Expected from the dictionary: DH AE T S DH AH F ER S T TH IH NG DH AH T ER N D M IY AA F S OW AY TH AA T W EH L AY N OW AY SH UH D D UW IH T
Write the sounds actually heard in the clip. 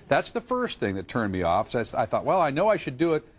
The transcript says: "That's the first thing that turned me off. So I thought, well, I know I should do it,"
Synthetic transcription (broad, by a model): DH AE T S DH AH F ER S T TH IH NG DH AH T ER N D M IY AA F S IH AY TH AA T W EH L AY N OW AY SH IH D D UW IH T